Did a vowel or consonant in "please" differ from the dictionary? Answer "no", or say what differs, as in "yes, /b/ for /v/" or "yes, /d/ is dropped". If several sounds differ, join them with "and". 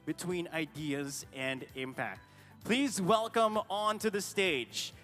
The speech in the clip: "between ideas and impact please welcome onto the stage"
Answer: no